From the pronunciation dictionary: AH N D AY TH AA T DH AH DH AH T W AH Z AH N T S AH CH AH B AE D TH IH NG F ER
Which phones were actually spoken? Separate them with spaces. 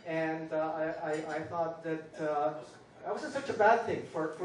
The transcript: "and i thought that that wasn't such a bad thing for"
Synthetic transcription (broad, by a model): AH N D AY TH AA T DH AH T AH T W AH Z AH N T S AH CH AH B AE D TH IH NG F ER